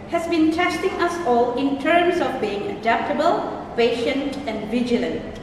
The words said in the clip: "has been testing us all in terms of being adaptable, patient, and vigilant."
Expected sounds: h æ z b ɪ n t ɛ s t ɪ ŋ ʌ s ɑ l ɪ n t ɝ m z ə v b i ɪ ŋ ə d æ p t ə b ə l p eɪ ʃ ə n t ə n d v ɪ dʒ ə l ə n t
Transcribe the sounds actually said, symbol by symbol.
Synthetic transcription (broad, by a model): h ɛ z b ɪ n t ɛ s t ɪ ŋ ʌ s ɑ l ɪ n t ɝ m s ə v b i ɪ ŋ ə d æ p t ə b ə l p eɪ ʃ ə n t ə n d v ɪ dʒ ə l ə n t